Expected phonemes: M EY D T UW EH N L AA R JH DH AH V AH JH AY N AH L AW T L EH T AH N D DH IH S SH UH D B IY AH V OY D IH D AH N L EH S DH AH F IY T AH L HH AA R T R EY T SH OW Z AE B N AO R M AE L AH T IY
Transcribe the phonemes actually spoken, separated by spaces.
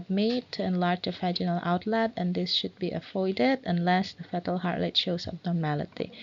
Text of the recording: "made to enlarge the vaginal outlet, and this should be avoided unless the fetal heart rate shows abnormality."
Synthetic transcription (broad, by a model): M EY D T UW EH N L AA R JH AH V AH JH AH N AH L AW T L EH T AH N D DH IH S SH UH D B IY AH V OY D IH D AH N L EH S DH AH F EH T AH L HH AA R T L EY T SH OW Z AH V N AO R M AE L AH T IY